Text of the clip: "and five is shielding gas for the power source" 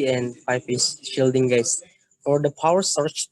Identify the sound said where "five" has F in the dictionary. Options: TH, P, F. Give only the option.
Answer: P